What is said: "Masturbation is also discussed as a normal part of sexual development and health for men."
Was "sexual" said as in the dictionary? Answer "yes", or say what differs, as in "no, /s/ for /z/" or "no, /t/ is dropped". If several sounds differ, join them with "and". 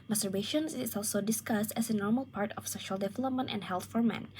no, /k/ is dropped